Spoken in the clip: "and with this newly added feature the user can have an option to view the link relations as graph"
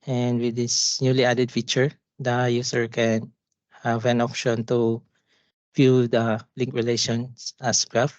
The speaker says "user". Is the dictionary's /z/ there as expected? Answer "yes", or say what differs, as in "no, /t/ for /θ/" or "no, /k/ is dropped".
no, /s/ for /z/